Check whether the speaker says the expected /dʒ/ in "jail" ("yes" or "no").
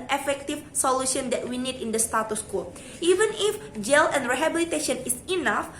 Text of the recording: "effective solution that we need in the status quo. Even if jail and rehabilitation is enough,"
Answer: yes